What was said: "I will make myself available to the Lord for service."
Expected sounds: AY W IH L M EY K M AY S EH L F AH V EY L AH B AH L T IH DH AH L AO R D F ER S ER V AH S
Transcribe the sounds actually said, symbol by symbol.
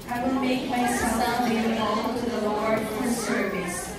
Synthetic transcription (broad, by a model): AY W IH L M EY K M AY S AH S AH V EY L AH AH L T IH DH AH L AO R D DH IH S ER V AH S